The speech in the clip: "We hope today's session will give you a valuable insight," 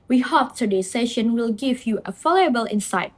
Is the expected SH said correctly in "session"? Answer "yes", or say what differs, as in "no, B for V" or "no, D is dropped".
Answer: yes